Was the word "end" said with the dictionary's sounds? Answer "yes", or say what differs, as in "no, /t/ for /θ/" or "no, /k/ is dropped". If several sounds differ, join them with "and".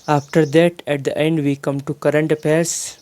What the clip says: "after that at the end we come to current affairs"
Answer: yes